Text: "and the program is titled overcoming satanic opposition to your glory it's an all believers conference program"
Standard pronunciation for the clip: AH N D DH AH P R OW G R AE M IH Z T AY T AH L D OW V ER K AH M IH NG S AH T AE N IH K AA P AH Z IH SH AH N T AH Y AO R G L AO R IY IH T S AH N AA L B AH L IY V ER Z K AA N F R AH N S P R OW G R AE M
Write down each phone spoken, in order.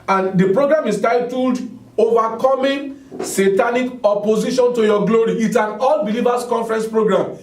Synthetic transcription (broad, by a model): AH N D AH P R OW G R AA M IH S T AY T AH L D OW V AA K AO M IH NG S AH T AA N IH K AA P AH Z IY SH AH N T AH Y AO G L AO R IY IH T S AH N AA L B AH L IY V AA S K AA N F R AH N S P R OW G R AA M